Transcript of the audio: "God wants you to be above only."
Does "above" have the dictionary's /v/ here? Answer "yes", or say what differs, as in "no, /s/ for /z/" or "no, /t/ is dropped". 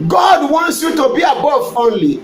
no, /f/ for /v/